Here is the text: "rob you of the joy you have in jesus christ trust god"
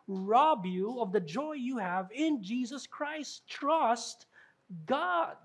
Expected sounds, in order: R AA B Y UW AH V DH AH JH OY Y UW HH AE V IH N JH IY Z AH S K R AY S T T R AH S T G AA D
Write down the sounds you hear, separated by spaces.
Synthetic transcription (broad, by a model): R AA B Y UW AH V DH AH JH OY Y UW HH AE V IH N JH IY Z AH S K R AY S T T R AH S T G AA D